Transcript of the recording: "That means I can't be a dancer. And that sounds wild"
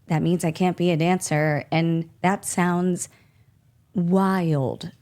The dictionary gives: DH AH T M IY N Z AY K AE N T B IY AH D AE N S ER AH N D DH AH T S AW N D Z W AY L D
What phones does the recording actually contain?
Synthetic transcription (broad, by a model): DH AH T M IY N Z AY K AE N B IY AH D AE N S ER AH N DH AH T S AW N D Z W AY L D